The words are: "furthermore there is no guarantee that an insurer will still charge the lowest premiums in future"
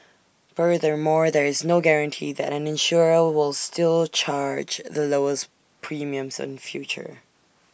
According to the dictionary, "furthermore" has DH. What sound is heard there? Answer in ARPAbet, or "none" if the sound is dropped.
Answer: DH